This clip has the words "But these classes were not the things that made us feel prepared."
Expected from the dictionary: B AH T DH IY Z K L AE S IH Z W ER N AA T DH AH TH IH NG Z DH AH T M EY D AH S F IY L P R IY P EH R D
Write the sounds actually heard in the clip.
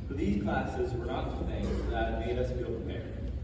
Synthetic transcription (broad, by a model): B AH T DH IY Z K L AE S IH Z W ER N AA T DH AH TH IH NG Z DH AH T M EY D AH S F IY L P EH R